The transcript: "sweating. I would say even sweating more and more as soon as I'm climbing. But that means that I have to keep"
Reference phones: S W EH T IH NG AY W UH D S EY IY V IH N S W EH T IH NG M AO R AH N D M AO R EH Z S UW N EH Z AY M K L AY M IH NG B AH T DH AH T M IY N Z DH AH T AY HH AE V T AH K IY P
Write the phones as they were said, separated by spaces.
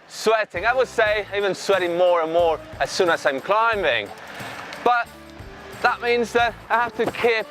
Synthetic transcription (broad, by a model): S W EH T IH NG AY W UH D S EY IY V IH N S W EH T IH NG M AO R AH N M AO R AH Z S UW N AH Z AY M K L AY M IH NG B AH T DH AH T M IY N Z DH AH T AY HH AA F T AH K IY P